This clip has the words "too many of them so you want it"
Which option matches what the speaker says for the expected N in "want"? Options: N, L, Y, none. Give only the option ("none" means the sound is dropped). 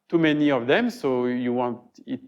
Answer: N